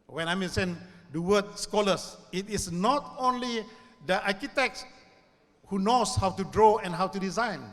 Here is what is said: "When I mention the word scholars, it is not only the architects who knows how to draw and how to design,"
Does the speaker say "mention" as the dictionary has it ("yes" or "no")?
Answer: no